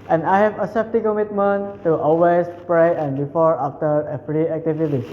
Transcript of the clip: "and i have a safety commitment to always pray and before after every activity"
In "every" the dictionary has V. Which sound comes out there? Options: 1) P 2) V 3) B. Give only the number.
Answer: 1